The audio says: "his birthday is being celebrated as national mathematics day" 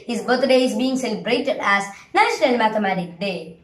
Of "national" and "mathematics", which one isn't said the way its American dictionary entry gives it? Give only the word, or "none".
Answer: mathematics